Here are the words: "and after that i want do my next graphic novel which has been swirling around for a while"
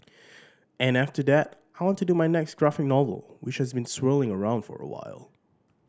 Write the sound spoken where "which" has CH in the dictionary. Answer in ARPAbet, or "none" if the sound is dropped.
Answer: CH